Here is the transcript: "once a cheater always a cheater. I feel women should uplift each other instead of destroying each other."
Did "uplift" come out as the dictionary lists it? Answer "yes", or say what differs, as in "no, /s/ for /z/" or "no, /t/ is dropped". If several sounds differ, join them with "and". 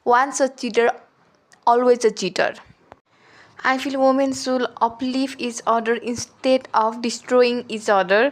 no, /t/ is dropped